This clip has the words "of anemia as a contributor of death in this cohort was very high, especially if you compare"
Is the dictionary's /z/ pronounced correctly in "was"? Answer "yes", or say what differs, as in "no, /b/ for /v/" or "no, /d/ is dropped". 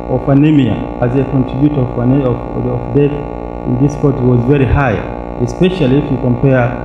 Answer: yes